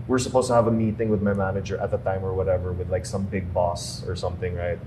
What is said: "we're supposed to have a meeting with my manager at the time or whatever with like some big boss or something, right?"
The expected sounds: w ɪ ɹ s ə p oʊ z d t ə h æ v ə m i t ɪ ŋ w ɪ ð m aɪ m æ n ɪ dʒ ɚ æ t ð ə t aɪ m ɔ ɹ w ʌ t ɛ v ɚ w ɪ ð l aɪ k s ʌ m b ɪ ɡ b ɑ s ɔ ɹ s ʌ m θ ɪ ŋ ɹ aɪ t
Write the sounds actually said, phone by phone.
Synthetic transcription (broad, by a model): w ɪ ɹ s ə p oʊ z t ə h æ v ə m i t ɪ ŋ w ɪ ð m aɪ m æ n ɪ dʒ ɚ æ t ð ə t aɪ m ɔ ɹ w ʌ t ɛ v ɚ w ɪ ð l aɪ k s ʌ m b ɪ ɡ b ɑ s ɔ ɹ s ʌ m θ ɪ ŋ ɹ aɪ t